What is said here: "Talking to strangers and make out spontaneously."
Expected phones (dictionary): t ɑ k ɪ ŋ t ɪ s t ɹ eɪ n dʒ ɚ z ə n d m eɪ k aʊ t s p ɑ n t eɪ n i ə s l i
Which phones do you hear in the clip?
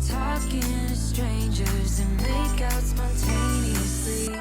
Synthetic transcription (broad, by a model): t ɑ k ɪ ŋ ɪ s t ɹ eɪ n dʒ ɚ z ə n m eɪ k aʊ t s p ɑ n t eɪ n i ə s l i